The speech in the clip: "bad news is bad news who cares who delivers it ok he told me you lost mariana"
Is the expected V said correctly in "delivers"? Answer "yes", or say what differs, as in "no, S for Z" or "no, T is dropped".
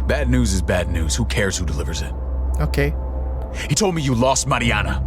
yes